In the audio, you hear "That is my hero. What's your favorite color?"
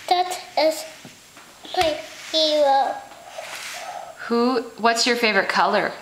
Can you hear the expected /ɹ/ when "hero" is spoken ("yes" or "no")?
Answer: no